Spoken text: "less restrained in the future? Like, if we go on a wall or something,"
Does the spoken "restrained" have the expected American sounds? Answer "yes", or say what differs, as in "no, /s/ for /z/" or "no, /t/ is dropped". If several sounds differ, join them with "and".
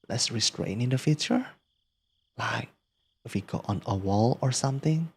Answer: no, /d/ is dropped